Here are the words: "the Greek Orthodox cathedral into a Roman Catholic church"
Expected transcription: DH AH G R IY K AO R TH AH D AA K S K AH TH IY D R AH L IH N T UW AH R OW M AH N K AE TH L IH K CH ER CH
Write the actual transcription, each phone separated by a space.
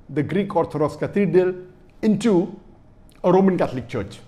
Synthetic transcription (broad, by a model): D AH G R IY K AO R T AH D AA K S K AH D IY D AH L IH N T UW AH R OW M AH N K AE T L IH K CH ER CH